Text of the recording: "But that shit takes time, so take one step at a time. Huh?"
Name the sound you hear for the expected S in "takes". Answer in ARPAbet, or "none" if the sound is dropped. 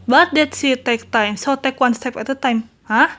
none